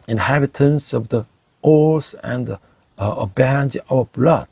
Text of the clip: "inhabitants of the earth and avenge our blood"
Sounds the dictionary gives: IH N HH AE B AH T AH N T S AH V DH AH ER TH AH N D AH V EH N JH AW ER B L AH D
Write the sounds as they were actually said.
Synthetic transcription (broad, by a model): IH N HH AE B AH T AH N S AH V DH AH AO S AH N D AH B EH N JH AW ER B L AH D